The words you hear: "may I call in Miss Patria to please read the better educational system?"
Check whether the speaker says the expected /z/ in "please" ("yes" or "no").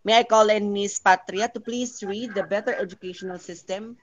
no